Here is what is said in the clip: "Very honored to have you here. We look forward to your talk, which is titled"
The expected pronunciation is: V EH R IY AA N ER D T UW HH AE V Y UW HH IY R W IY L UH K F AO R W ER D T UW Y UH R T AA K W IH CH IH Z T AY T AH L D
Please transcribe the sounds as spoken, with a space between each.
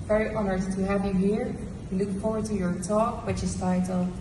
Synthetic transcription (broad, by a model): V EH R IY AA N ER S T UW HH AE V Y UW HH IY R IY L UH K F AO R W ER D T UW Y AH R T AA K W IH CH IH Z T AY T L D